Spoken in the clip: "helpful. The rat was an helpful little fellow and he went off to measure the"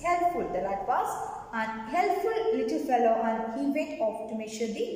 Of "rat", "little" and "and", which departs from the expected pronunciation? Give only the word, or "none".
rat